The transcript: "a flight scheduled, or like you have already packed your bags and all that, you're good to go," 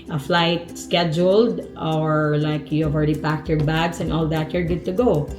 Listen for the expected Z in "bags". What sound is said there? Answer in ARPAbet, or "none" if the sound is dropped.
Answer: S